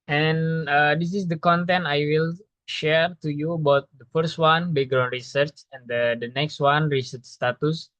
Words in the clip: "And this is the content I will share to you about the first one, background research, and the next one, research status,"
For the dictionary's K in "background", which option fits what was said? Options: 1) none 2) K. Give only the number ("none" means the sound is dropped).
1